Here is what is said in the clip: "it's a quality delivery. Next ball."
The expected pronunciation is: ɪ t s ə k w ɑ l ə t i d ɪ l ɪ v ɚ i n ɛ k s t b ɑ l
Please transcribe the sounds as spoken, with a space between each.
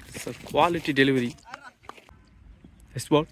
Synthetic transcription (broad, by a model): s ə k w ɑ l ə t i d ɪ l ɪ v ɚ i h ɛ s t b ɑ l